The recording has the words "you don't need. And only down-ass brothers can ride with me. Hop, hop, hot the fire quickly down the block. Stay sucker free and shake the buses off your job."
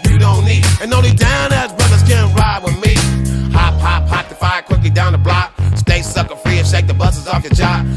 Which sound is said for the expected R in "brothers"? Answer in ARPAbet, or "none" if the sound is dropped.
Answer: R